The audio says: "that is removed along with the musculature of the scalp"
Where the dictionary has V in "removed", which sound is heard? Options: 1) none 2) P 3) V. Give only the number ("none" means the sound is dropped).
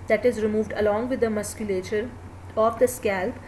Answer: 3